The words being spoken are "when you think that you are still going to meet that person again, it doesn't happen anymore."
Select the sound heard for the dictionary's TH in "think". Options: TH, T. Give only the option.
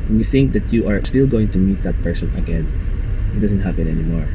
TH